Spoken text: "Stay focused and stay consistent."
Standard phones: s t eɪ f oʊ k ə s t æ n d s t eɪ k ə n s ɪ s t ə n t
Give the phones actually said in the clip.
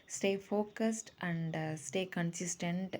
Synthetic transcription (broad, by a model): s t eɪ f oʊ k ə s t æ n d s t eɪ k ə n s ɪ s t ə n t